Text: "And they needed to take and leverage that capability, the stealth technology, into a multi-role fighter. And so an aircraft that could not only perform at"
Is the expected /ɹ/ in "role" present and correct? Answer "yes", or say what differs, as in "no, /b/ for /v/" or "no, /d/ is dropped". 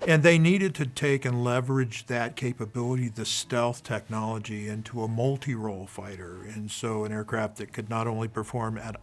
yes